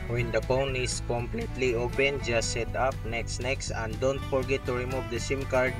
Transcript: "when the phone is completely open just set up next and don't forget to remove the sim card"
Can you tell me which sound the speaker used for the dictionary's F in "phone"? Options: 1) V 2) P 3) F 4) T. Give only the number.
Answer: 2